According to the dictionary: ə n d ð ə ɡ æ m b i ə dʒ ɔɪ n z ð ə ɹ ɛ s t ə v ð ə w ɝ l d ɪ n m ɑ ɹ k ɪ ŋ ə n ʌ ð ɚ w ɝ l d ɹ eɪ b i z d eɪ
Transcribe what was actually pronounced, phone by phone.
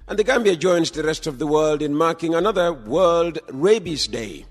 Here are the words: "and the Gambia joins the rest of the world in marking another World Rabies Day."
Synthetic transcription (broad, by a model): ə n ð ə ɡ æ m b i ə dʒ ɔɪ n z ð ə ɹ ɛ s t ə v ð ə w ɝ l d ɪ n m ɑ ɹ k ɪ ŋ ə n ʌ ð ɚ w ɝ l d ɹ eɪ b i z d eɪ